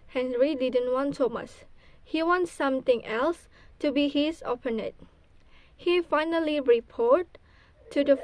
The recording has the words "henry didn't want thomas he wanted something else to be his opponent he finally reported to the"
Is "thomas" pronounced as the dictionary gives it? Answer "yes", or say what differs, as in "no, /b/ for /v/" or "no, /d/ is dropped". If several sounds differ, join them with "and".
no, /s/ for /t/